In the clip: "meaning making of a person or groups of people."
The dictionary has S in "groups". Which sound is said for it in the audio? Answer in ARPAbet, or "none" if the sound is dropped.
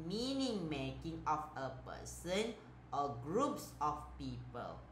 S